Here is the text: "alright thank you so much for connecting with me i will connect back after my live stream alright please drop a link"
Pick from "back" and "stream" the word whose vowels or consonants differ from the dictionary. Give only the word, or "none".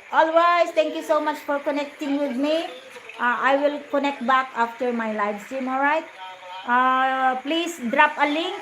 stream